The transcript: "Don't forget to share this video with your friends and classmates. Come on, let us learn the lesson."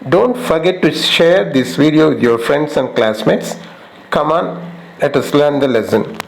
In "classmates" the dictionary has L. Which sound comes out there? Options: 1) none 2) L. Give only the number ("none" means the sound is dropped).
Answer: 2